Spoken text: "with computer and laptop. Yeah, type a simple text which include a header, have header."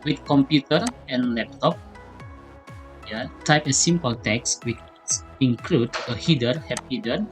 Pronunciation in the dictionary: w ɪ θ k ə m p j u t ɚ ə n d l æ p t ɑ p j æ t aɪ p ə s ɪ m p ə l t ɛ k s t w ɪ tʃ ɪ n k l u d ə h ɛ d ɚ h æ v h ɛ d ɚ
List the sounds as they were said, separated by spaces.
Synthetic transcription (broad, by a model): w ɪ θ k ə m p j u t ɚ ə n l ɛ p t ɑ p j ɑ t aɪ p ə s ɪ m p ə l t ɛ k s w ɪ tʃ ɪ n k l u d ə h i d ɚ h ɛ p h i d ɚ